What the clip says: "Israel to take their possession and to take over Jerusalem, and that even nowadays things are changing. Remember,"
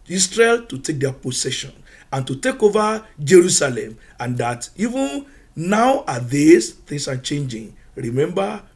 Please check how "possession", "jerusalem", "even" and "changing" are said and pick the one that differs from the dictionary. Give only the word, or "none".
possession